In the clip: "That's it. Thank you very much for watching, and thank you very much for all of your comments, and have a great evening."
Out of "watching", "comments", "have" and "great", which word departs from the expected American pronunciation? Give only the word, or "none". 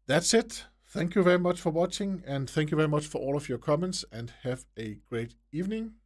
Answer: none